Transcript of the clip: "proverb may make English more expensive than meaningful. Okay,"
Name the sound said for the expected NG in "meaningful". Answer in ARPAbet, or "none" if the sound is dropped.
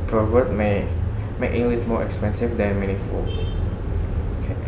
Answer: none